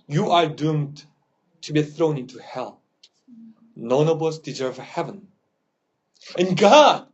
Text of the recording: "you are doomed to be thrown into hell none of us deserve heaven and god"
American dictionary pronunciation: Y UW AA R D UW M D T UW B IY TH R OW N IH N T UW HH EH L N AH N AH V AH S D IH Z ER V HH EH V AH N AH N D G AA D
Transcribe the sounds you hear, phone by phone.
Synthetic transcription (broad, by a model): Y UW AA R D UW M D T UW B IY TH R OW N IH N T UW HH EH L N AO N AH B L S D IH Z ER V HH EH V AH N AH N G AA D